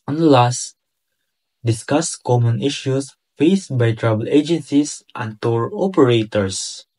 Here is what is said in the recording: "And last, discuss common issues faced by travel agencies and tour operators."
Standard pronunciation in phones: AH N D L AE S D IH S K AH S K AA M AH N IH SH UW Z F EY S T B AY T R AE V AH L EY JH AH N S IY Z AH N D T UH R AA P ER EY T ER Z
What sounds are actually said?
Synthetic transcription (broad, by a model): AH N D L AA S D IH S K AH S K AA M AH N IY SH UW S F EY S T B AY T R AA B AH L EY JH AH N S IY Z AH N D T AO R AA P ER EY T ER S